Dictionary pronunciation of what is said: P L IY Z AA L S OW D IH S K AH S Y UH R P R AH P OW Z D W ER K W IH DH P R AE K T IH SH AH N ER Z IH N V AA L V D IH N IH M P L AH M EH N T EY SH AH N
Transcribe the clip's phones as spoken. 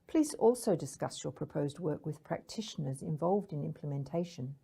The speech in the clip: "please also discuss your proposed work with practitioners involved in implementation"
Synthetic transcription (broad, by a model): P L IY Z AA L S OW D IH S K AH S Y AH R P R AH P OW Z D W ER K W IH DH P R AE K T IH SH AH N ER Z IH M V AA L V D IH N IH M P L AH M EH N T EY SH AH N